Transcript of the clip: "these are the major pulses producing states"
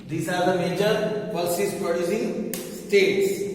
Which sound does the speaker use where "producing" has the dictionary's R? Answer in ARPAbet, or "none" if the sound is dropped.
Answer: none